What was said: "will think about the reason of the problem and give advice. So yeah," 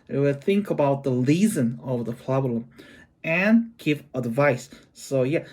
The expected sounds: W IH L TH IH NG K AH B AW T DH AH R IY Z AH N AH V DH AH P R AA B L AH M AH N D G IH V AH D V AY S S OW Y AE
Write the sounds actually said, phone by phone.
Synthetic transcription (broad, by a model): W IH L TH IH NG K AH B AW T DH AH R IY Z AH N AH V DH AH P R AA B L AH M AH N G IH V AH D V AY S S OW Y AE